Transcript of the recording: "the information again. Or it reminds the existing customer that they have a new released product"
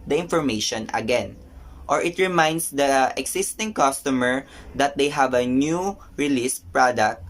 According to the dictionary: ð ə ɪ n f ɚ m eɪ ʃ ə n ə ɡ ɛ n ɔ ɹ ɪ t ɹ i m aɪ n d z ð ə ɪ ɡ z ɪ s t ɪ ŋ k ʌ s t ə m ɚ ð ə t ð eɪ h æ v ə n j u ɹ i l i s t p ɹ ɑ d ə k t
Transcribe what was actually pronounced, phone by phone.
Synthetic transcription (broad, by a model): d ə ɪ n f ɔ m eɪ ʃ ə n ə ɡ ɛ n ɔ ɹ ɪ t ɹ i m aɪ n d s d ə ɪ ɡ s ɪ s t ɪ ŋ k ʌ s t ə m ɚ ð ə t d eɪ h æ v ə n j u ɹ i l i s p ɹ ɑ d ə k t